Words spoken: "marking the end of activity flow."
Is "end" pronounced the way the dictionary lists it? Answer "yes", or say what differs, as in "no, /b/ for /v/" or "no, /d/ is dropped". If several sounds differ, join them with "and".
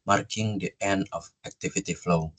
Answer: no, /d/ is dropped